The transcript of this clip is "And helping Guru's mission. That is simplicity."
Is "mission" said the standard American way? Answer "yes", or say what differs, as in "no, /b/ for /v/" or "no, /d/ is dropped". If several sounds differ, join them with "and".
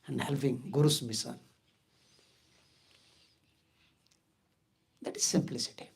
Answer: no, /s/ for /ʃ/